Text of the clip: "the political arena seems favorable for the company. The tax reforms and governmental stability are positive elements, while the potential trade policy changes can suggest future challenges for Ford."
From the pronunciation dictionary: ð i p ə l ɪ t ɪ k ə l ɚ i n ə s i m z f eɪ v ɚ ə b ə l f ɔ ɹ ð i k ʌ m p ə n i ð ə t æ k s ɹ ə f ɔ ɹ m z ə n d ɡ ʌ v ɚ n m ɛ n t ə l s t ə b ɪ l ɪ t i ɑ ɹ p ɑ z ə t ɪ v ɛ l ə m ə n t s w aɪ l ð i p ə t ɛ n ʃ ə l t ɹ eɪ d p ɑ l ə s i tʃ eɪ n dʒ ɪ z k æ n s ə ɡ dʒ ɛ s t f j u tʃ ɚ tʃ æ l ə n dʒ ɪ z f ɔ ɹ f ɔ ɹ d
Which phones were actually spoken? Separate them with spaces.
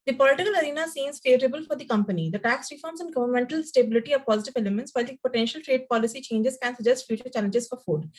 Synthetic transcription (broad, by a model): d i p ə l ɪ t ɪ k ə l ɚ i n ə s i m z f eɪ v ɚ ə b ə l f ɔ ɹ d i k ʌ m p ə n i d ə t æ k s ɹ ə f ɔ ɹ m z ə n ɡ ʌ v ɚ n m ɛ n t ə l s t ə b ɪ l ɪ t i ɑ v p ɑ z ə t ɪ v ɛ l ə m ə n t s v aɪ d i p ə t ɛ n ʃ ə l t ɹ eɪ d p ɑ l ə s i tʃ eɪ n dʒ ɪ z k æ n s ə dʒ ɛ s t f j u tʃ ɚ tʃ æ l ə n dʒ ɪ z f ɔ ɹ f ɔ d